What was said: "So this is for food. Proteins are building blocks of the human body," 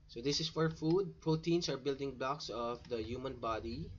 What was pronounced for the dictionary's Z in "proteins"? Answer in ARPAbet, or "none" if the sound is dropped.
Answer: S